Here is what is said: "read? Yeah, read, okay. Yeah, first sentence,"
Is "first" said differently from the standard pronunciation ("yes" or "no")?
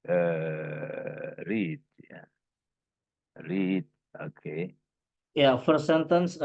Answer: yes